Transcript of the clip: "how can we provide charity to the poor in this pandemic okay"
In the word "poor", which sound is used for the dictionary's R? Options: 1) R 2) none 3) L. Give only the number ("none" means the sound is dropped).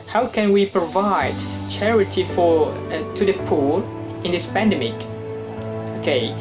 3